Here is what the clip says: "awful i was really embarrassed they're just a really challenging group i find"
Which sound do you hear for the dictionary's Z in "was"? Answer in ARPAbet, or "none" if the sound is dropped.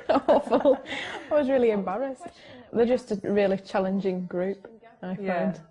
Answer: Z